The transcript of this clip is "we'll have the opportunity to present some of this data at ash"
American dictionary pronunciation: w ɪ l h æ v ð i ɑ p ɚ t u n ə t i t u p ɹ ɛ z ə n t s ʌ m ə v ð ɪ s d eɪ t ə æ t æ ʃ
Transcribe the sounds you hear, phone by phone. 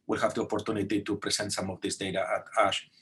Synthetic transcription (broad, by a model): w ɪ l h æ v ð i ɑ p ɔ t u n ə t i t u p ɹ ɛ s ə n t s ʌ m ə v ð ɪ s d eɪ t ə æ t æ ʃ